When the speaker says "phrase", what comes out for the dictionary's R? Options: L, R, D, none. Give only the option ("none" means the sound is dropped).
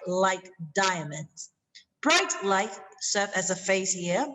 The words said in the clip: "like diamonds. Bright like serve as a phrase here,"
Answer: none